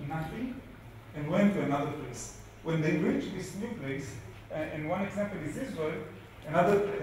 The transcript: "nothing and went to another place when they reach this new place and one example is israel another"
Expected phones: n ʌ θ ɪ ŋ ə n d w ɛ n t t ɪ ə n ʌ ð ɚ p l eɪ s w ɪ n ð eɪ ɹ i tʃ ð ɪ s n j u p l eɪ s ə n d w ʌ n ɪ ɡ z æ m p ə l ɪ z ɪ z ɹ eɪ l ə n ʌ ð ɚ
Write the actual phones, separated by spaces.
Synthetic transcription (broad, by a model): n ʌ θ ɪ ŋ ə n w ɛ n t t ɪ ə n ʌ ð ɚ p l eɪ s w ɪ n ð eɪ ɹ i tʃ ð ɪ s n j u p l eɪ s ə n w ʌ n ɪ ɡ z æ m p ə l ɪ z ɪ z w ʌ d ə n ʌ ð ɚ